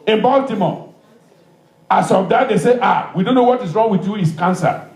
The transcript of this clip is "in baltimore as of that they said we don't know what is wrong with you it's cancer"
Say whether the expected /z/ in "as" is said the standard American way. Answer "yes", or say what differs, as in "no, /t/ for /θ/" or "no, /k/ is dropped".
no, /s/ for /z/